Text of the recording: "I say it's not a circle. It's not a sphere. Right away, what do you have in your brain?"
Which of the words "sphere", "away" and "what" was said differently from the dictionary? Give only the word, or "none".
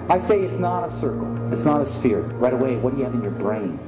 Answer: none